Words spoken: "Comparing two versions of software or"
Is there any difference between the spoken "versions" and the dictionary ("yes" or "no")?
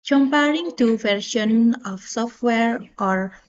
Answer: yes